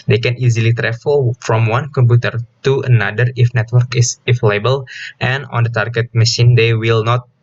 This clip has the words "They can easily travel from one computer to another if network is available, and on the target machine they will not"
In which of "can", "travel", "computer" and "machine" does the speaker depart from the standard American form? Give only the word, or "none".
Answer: travel